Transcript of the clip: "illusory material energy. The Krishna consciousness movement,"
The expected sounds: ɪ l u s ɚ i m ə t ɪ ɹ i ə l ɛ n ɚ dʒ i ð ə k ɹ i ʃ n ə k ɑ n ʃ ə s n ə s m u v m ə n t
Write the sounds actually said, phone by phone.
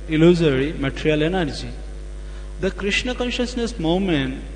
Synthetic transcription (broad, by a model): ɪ l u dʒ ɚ i m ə t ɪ ɹ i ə l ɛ n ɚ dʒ i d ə k ɹ i ʃ n ə k ɑ n ʃ ə s n ə s m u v m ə n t